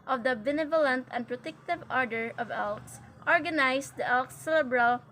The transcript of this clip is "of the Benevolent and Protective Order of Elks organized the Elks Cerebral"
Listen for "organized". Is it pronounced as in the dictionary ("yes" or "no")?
no